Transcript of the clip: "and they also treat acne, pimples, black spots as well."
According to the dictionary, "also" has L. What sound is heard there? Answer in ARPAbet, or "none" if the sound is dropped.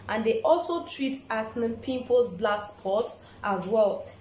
L